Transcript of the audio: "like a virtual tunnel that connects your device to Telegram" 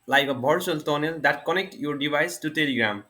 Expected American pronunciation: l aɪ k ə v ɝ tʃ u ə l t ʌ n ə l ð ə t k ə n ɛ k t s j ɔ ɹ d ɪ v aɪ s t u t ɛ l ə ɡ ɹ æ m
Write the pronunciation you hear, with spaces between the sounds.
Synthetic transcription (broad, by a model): l aɪ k ə b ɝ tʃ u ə l t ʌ n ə l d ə t k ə n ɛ k t j ɔ ɹ d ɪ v aɪ s t u t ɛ l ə ɡ ɹ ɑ m